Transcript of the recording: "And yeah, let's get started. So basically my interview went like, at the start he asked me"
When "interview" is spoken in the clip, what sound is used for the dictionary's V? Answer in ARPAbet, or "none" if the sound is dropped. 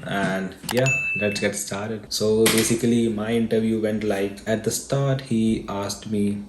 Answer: V